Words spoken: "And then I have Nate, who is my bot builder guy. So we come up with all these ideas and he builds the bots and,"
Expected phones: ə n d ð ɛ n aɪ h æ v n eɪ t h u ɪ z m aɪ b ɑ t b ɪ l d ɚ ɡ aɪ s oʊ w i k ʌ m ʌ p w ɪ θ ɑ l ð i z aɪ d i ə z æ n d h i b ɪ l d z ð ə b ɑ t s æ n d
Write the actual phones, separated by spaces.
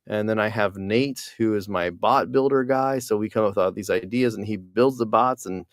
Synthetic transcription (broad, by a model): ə n ð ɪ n aɪ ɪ v n eɪ t h u ɪ z m aɪ b ɑ t b ɪ l d ɚ ɡ aɪ s oʊ w i k ʌ m w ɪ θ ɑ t ð i z aɪ d i ə z n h i b ɪ l d z ð ə b ɑ t s n